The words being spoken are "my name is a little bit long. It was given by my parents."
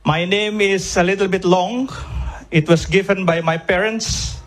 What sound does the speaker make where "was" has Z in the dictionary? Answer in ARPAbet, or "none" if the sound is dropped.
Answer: S